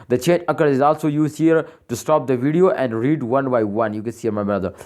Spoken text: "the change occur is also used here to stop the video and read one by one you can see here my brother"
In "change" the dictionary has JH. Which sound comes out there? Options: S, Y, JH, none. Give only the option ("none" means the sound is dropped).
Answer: none